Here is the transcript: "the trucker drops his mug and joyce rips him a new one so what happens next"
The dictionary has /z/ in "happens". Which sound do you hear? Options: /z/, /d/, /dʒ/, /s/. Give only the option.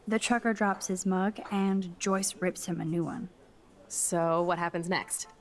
/z/